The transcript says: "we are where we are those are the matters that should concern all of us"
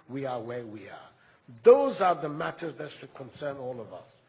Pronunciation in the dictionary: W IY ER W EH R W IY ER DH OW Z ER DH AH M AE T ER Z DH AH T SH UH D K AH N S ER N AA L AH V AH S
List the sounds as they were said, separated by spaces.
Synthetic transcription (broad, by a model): W IY ER W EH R W IY ER DH OW Z ER DH AH M AE T ER Z DH AH T SH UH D K AH N S ER N AA L AH V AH S